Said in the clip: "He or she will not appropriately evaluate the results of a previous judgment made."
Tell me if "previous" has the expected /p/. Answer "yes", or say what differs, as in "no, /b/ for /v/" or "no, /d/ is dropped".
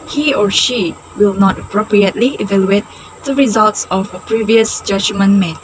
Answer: yes